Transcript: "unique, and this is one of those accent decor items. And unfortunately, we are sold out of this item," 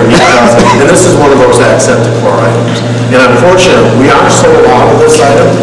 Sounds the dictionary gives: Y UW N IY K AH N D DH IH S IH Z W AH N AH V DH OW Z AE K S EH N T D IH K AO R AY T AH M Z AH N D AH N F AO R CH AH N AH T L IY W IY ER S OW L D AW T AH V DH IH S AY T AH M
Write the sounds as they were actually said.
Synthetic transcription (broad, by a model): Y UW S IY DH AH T DH IH S IH Z W AH N AH V DH OW Z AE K S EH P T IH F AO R AY T AH M Z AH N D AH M F AO R CH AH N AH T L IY W IY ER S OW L AW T AH V DH IH S AY T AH M